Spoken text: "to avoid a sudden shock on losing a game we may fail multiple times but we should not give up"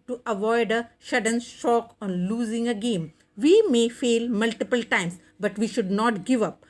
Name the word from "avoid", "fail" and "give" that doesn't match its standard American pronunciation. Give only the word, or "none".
none